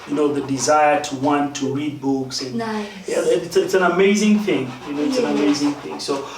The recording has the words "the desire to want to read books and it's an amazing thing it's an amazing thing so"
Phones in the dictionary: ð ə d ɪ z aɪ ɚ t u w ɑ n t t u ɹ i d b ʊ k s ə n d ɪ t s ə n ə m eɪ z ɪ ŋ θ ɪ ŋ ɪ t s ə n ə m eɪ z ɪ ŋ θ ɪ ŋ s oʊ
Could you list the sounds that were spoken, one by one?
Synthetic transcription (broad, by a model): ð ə d ɪ z aɪ ɚ t u w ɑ n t t u ɹ i d b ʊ k s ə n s ɪ t s ə n ə m eɪ z ɪ ŋ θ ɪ ŋ ɪ t s ə n ə m eɪ z ɪ ŋ θ ɪ ŋ s oʊ